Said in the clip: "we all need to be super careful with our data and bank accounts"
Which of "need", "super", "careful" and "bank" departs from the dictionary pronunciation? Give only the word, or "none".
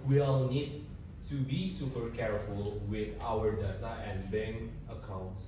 bank